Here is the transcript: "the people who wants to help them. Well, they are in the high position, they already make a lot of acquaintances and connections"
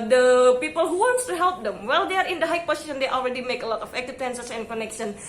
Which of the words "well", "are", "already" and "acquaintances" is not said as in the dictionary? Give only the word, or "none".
acquaintances